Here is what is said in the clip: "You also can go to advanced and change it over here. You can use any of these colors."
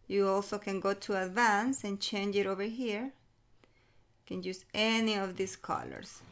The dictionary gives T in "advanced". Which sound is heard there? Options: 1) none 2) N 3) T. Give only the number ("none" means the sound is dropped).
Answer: 1